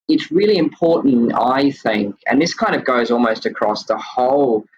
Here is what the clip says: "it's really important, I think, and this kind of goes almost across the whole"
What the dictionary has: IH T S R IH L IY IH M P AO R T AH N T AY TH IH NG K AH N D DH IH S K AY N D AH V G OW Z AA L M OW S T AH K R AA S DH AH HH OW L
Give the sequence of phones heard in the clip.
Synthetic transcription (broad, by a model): IH T S R IH L IY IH M P AO R T N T AY TH IH NG K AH N DH IH S K AY N D AH V G OW Z AA L M OW S T AH K R AA S DH AH HH OW L